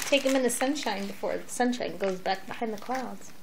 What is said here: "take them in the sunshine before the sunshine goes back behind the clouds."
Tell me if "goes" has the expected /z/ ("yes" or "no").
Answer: yes